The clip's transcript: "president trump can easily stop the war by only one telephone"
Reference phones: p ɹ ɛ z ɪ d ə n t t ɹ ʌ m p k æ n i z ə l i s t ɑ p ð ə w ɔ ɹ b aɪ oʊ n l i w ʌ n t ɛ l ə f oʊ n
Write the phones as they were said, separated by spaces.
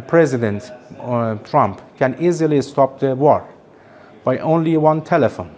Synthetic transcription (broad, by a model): p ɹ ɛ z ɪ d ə n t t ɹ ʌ m p k æ n i z ə l i s t ɑ p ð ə w ɔ ɹ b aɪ oʊ n l i w ʌ n t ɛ l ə f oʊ n